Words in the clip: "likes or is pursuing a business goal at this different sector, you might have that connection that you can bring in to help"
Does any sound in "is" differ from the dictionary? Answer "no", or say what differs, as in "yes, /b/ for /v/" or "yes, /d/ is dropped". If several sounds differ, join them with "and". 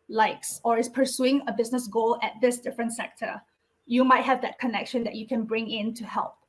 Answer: yes, /s/ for /z/